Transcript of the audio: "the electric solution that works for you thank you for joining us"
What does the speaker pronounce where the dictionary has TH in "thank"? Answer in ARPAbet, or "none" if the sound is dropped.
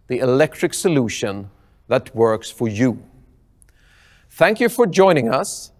TH